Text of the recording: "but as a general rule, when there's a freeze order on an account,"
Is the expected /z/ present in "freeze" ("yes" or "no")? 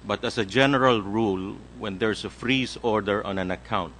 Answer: no